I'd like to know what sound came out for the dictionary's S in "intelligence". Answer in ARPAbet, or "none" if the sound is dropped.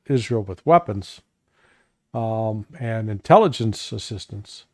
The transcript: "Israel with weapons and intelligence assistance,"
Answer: S